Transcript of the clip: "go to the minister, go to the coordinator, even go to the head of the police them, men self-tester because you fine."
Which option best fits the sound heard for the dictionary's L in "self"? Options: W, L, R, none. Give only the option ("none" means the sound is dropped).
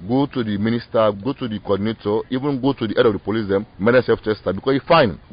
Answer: none